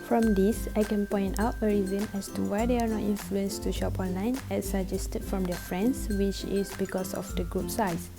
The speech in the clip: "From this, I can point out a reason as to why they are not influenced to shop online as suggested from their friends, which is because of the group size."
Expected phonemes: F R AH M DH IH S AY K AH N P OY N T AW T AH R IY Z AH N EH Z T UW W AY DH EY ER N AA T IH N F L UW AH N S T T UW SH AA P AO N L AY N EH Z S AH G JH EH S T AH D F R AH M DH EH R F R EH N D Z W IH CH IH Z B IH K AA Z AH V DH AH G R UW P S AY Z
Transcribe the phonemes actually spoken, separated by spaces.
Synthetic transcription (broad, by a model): F R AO M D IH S AY K AH N P OY N T AW T AH R IY Z AH N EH S T UW W AY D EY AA N AA T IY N F L UW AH N S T T UW SH AA P AO N L AY N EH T S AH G JH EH S T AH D F R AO M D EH F R EH N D S W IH CH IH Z B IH K AA S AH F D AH G R UW P S AY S